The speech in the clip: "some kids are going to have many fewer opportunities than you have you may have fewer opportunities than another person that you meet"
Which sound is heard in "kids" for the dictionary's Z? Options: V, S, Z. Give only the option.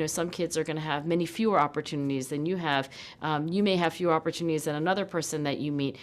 Z